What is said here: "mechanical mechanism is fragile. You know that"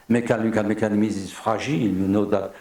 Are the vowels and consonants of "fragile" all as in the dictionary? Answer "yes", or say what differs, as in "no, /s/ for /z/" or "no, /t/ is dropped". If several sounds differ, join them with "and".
no, /ʒ/ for /dʒ/